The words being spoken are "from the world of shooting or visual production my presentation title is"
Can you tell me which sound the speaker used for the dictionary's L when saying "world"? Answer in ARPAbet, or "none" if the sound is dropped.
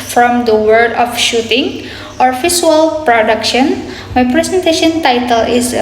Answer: none